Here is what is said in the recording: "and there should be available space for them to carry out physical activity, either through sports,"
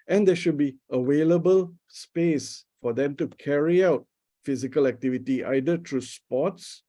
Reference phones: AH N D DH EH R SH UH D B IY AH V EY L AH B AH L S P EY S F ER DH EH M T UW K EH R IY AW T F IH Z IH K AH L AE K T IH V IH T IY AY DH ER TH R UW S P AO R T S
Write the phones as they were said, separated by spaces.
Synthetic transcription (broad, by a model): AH N D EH SH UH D B IY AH W EY L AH B AH L S P EY S F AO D EH M T UW K EH R IY AW T F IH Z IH K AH L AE K T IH V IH T IY AY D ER T R UW S P AO T S